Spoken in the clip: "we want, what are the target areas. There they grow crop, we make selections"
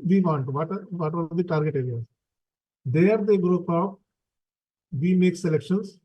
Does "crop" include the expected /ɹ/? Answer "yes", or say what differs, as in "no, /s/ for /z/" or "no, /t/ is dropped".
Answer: no, /ɹ/ is dropped